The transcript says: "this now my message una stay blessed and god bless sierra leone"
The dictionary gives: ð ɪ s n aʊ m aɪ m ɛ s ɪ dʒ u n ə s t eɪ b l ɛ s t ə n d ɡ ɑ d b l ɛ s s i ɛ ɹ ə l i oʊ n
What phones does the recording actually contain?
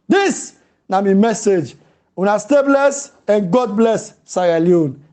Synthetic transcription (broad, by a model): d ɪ s n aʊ m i m ɛ s ɪ dʒ u n ə s t eɪ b l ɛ s ə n ɡ ɑ d b l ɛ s s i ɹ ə l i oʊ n